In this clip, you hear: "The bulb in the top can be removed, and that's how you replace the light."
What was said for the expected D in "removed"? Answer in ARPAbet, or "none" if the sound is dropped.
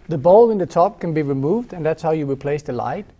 D